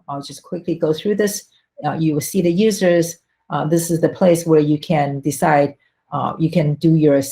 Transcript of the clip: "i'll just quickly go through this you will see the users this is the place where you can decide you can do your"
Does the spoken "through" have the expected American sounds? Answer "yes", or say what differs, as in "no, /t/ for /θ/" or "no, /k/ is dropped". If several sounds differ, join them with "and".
yes